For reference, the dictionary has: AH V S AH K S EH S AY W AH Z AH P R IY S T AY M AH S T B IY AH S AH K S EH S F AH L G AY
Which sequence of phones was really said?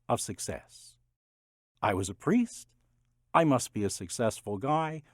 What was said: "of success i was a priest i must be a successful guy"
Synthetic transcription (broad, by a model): AH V S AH K S EH S AY W AH Z AH P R IY S T AY M AH S T B IY AH S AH K S EH S F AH L G AY